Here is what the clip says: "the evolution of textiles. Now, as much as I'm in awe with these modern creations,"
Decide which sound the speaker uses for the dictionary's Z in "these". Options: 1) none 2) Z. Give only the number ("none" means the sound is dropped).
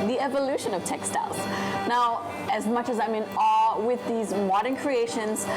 2